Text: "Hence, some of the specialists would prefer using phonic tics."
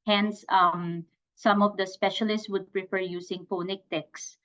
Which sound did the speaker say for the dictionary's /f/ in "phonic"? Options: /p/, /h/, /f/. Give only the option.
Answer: /p/